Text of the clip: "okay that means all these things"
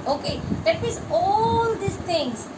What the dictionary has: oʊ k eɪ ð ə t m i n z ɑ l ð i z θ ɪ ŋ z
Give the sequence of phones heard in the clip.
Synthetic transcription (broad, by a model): oʊ k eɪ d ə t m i z ɑ l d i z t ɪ ŋ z